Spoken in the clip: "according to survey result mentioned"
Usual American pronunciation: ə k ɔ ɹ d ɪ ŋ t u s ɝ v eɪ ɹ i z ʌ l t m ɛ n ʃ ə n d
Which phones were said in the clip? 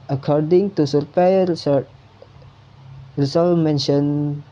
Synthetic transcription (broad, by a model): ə k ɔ ɹ d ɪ ŋ t u s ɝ p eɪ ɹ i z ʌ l m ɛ n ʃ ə n